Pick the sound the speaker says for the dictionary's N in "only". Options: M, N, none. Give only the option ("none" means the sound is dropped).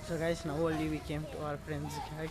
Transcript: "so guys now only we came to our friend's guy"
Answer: none